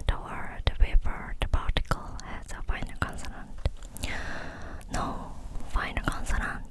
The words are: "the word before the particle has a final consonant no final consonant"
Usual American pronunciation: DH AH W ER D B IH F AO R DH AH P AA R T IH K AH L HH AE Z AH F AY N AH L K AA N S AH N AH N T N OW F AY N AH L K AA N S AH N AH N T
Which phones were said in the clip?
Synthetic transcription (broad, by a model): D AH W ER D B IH P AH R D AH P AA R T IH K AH L HH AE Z AH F AY N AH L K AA N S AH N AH N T N OW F AY N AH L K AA N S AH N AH N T